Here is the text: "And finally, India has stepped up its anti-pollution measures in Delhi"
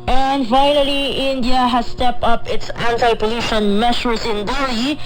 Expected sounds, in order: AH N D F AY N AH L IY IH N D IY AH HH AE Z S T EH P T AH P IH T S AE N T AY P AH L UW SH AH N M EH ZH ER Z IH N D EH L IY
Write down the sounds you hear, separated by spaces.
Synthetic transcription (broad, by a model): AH N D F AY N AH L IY IH N D IY AH HH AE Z S T EH P T AH P IH T S AE N T AY P AH L UW SH AH N M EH SH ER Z IH N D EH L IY